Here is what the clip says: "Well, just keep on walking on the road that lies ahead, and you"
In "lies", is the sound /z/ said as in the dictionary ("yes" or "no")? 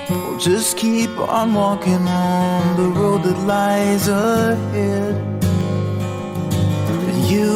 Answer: yes